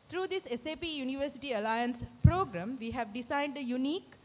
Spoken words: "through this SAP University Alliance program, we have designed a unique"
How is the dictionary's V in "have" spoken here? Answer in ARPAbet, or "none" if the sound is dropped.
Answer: V